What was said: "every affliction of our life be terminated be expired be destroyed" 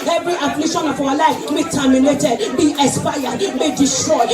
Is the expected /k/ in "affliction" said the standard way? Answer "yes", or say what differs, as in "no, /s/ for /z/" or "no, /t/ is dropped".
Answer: no, /k/ is dropped